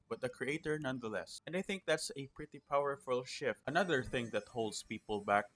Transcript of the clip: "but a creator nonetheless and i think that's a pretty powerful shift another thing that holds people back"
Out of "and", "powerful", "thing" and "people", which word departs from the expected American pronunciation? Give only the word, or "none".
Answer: none